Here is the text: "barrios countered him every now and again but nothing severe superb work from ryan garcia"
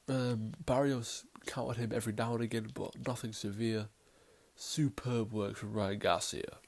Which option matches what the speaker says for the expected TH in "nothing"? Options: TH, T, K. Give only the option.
TH